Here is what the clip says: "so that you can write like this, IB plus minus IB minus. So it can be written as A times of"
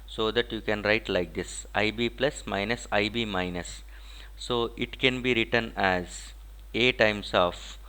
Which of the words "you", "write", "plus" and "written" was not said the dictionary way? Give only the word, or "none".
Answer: none